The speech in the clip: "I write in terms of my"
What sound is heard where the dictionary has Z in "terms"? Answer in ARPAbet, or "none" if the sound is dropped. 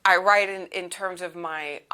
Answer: Z